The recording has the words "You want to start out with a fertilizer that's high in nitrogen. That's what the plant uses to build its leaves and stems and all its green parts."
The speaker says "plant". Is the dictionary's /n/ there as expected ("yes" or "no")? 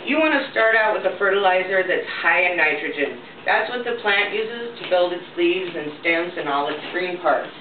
yes